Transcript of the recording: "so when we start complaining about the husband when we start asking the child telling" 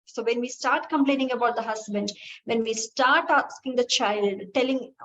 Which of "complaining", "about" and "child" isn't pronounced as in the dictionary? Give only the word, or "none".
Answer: none